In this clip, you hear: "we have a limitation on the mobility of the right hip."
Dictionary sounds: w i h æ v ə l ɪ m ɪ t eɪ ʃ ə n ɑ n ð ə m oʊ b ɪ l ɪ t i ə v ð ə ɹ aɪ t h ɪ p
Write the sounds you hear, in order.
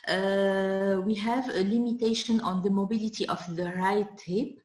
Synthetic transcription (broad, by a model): w i h æ v ə l ɪ m ɪ t eɪ ʃ ə n ɑ n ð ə m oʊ b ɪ l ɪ t i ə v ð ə ɹ aɪ t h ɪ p